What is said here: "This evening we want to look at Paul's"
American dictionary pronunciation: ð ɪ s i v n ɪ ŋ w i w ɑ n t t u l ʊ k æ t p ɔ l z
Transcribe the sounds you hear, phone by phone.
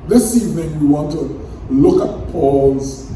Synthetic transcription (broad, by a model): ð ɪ s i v ɪ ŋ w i w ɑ n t t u l ʊ k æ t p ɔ l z